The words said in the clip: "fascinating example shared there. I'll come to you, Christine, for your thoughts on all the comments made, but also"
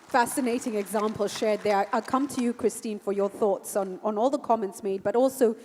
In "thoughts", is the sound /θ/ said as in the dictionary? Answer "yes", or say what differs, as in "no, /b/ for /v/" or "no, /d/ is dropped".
yes